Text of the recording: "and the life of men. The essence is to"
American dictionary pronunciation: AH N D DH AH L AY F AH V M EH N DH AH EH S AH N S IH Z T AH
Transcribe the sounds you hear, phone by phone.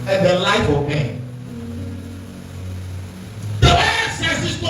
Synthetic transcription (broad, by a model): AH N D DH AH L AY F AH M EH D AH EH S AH S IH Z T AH